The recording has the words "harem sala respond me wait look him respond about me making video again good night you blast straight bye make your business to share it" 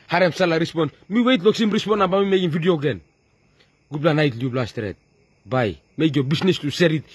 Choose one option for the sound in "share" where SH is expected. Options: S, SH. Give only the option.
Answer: S